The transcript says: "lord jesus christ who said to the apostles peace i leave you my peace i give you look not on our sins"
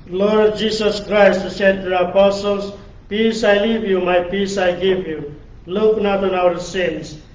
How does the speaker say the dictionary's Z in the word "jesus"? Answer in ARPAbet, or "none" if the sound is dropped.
S